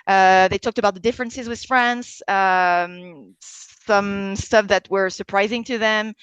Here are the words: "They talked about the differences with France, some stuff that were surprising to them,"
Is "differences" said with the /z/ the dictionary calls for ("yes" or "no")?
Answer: yes